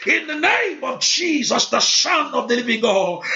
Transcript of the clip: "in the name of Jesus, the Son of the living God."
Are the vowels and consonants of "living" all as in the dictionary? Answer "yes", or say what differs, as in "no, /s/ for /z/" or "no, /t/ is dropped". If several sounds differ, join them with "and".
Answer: yes